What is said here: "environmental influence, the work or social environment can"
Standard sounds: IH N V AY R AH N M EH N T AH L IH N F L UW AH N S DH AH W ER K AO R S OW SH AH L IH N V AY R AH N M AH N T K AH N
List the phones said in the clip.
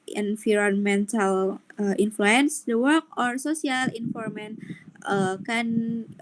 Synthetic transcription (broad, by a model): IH N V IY R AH N M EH N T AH L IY N F L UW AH N S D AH W ER K AO R S OW S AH L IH N F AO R M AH N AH K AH N